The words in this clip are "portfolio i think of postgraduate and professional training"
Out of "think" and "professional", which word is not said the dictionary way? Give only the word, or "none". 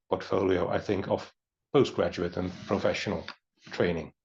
none